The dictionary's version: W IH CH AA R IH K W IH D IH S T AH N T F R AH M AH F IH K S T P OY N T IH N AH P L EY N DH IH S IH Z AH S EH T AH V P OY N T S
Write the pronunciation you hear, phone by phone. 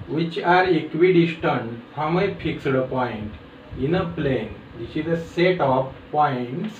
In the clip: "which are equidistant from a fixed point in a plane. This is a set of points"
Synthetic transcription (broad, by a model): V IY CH AA R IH K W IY D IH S T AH N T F R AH M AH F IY K S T P OY N T IH N AH P L EY N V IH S IH Z AH S EH T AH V P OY N T S